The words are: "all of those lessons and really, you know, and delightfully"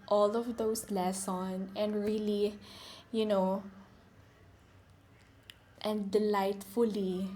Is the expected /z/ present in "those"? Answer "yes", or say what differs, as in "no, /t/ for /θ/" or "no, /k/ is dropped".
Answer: no, /s/ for /z/